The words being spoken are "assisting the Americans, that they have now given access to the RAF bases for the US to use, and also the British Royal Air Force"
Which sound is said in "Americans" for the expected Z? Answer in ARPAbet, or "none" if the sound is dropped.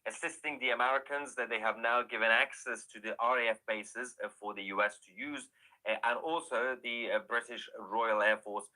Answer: Z